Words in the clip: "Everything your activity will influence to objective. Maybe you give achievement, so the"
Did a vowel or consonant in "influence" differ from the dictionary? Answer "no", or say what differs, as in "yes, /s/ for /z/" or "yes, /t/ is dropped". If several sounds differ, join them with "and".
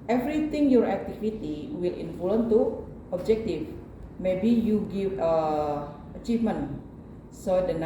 yes, /s/ is dropped